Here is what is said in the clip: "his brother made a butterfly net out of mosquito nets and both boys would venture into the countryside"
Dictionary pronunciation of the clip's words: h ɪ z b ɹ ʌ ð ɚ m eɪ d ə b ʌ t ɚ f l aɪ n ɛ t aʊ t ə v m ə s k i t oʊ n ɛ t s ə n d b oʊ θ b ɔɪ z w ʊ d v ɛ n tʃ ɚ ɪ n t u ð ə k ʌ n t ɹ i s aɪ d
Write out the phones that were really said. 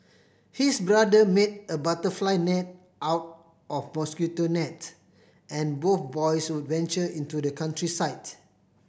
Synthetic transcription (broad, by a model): h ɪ s b ɹ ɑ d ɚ m eɪ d ə b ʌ t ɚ f l aɪ n ɛ t aʊ t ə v m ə s k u t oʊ n ɛ t ə n b oʊ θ b ɔɪ s w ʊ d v ɛ n tʃ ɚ ɪ n t u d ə k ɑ n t ɹ i s aɪ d